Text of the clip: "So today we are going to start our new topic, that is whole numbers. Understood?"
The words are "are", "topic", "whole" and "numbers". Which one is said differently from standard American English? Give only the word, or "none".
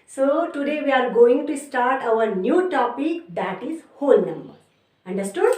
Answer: numbers